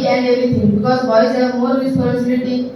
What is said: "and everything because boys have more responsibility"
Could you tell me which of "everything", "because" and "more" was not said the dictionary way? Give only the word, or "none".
everything